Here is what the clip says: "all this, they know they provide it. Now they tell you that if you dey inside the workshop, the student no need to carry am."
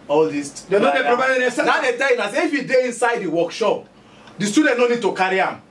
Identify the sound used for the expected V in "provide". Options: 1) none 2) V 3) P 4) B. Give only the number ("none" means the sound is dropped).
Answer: 3